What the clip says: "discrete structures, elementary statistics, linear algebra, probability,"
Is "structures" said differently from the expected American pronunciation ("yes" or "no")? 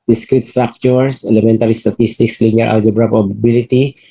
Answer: yes